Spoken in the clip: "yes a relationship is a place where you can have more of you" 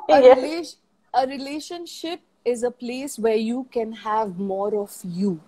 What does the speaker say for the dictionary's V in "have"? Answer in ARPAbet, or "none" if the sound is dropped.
V